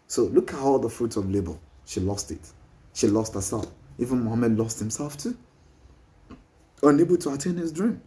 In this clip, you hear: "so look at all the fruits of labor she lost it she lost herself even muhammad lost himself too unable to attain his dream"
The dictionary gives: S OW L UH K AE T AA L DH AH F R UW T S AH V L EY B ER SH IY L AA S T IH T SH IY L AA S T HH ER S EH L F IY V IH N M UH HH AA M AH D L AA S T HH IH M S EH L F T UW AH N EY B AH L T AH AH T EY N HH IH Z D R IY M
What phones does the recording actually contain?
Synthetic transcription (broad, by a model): S OW L UH K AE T AA L DH AH F R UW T AH V L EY B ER SH IY L AA S T IH T SH IY L AA S T HH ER S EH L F IY V IH N M UH HH AA M AH D L AA S T HH IH M S EH L F T UW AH N EY B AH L T AH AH T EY N HH IH Z D R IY M